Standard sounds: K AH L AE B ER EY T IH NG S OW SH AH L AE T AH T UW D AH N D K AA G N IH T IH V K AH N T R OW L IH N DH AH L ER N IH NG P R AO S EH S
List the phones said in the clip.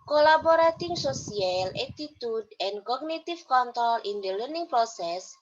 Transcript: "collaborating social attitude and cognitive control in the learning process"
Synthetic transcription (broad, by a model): K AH L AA B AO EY T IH NG S OW S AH L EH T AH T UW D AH N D K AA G N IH T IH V K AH N T R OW L IH N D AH L ER N IH NG P R AO S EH S